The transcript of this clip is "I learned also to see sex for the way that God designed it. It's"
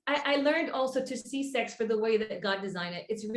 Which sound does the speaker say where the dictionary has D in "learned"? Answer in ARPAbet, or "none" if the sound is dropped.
D